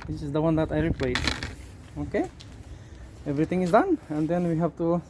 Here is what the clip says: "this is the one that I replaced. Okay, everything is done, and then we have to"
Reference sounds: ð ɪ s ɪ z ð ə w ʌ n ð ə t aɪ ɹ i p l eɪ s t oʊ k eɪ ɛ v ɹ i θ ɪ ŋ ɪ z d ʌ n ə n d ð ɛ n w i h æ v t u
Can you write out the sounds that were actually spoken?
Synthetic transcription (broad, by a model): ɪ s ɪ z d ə w ʌ n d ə t aɪ ɹ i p l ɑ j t oʊ k eɪ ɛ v ɹ i t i ŋ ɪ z d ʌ n ə n d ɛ n w i h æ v t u